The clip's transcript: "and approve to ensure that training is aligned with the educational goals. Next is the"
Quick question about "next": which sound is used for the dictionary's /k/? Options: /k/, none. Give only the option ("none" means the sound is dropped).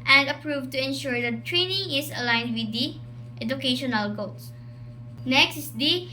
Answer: /k/